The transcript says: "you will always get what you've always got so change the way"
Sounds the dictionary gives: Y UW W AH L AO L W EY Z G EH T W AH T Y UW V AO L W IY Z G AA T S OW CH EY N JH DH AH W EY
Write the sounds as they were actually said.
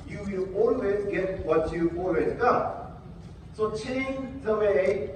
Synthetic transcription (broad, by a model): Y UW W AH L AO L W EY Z G EH T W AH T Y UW AO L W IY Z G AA S OW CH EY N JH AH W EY